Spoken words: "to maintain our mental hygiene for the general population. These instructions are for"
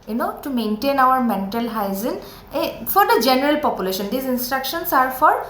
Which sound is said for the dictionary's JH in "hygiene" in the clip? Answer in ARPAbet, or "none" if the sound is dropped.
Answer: Z